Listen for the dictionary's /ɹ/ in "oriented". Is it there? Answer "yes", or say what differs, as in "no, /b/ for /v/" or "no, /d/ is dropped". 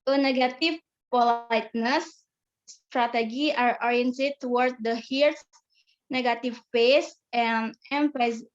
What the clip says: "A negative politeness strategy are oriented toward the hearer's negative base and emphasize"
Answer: yes